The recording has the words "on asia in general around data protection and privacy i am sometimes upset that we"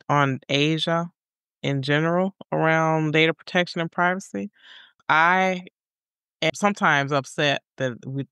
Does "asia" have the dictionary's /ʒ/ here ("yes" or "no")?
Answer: yes